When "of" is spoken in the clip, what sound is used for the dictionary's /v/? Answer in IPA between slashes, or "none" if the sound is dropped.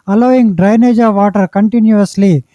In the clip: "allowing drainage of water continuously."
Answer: /v/